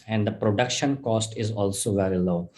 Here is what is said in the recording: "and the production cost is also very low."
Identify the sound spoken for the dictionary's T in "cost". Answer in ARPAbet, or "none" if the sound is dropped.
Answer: T